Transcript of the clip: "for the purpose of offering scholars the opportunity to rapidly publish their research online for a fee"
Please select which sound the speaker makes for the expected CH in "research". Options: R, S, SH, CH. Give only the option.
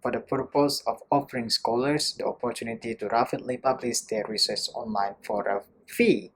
S